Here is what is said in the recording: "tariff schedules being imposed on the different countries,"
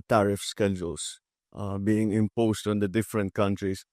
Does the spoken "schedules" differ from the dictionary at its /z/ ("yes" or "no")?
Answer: yes